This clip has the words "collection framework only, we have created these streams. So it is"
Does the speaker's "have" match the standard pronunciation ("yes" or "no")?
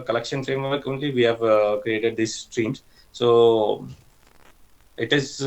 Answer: yes